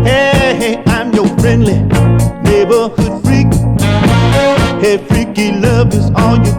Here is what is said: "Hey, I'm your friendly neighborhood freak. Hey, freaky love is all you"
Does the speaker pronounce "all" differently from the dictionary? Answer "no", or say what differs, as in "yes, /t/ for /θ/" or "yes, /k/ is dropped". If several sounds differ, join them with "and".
no